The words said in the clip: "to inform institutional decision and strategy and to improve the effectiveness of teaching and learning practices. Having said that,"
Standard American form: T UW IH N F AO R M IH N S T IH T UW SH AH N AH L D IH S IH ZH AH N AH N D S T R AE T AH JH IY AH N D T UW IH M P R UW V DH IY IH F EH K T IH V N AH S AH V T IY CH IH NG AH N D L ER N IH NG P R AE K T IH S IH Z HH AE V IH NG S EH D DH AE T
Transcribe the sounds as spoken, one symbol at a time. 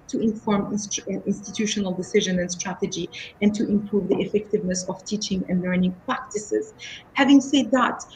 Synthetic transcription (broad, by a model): T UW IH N F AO R M IH N S T IH T UW SH AH N AH L D IH S IH ZH AH N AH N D S T R AE T AH JH IY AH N T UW IH M P R UW V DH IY IH F EH K T IH V N AH S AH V T IY CH IH NG AH N D L ER N IH NG P R AE K T IH S IH Z HH AE V IH NG S EH D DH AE T